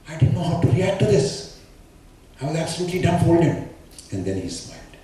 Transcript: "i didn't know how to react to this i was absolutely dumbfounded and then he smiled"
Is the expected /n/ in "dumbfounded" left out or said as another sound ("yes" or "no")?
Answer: yes